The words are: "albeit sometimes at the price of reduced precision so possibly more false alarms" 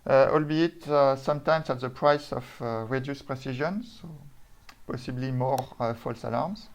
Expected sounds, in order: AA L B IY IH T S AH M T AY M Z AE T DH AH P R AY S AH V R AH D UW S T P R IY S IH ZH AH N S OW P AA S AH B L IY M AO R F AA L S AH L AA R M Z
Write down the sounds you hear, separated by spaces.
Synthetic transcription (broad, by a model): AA L B IY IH T S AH M T AY M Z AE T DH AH P R AY S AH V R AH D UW S P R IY S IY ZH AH N S OW P AA S AH B L IY M AO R F AA L S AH L AA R M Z